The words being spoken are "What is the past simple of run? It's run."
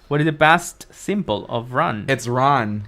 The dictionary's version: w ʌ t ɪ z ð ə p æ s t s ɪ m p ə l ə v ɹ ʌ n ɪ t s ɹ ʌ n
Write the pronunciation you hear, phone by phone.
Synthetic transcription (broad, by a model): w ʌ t ɪ z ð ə b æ s t s ɪ m b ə l ə v ɹ ʌ n ɪ t s ɹ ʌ n